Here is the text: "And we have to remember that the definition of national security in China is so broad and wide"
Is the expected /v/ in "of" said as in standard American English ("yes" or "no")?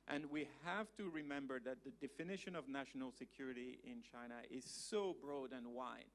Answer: yes